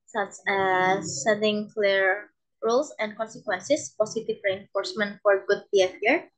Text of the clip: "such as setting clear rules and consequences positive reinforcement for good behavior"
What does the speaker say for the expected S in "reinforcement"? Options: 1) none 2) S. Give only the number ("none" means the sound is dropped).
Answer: 2